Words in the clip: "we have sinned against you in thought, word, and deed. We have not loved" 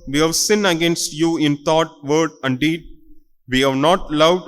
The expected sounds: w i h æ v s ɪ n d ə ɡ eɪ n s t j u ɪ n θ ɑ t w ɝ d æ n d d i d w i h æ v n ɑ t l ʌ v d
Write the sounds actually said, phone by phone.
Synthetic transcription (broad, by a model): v i h æ v s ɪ n ə ɡ eɪ n s t j u ɪ n t ɑ t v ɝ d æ n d d i d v i h æ v n ɑ t l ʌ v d